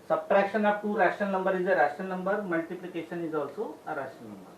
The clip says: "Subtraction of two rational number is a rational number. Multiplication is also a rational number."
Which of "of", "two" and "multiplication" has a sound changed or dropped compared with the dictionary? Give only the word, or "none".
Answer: of